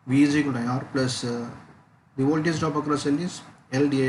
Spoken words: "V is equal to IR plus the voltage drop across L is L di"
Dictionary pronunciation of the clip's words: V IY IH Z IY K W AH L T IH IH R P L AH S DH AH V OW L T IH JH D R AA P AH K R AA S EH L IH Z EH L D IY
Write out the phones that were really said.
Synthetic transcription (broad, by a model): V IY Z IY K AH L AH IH IH R P L AH S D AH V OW T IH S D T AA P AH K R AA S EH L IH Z EH L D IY